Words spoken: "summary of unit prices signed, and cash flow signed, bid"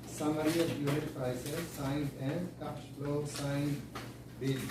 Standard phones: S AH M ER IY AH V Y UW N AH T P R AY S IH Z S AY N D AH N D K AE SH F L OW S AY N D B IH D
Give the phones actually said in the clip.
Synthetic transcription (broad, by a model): S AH M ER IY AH P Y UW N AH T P R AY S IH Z S AY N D AH N D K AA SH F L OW S AY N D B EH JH